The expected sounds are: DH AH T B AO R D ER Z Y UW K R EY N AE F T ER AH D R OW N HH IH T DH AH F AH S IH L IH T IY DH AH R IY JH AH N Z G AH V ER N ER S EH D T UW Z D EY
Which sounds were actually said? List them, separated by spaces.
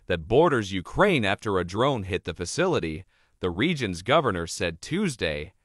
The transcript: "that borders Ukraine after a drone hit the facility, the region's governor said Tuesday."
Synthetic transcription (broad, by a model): DH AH T B AO R D ER Z Y UW K R EY N AE F T ER AH D R OW N HH IH T DH AH F AH S IH L IH T IY DH AH R IY JH AH N Z G AH V ER N ER S EH D T UW Z D EY